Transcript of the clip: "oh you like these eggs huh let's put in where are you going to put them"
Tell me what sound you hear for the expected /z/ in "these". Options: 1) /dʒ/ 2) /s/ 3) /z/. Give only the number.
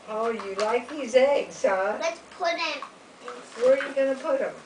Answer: 3